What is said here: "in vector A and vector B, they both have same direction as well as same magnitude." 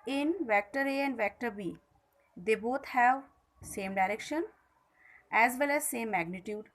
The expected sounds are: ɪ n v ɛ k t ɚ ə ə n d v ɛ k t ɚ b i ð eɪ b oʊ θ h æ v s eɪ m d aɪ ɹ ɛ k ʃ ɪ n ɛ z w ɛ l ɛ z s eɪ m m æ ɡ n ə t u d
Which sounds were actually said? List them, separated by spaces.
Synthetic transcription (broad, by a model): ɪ n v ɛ k t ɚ ə ə n d v ɛ k t ɚ b i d eɪ b oʊ t h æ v s eɪ m d aɪ ɹ ɛ k ʃ ɪ n ɛ z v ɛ l ɛ z s eɪ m m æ ɡ n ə t u d